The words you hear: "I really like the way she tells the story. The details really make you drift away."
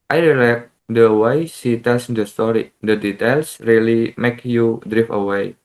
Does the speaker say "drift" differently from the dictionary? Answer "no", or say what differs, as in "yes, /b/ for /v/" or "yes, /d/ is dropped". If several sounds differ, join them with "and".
yes, /t/ is dropped